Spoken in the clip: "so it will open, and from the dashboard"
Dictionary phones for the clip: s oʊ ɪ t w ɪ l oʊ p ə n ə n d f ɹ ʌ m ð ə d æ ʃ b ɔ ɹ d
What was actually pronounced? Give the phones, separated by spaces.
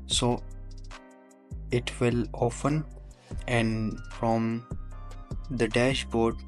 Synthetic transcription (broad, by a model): s oʊ ɪ t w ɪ l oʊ f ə n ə n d f ɹ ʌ m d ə d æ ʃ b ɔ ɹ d